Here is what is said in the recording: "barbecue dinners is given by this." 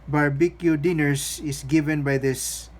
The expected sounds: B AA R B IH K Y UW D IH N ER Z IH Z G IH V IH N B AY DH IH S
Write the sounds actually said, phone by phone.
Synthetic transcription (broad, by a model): B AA R B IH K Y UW D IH N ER S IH S G IH V IH N B AY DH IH S